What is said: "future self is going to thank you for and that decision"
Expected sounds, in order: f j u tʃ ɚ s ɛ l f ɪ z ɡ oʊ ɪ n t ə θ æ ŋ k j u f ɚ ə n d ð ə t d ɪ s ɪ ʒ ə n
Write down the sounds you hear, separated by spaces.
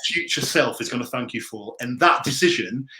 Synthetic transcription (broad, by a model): f j u tʃ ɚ s ɛ l f ɪ z ɡ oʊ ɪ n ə θ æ ŋ k j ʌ f ɚ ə n ð ə t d ɪ s ɪ ʒ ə n